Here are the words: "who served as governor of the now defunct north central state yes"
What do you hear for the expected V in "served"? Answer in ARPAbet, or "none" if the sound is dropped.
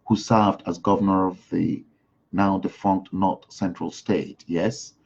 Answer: V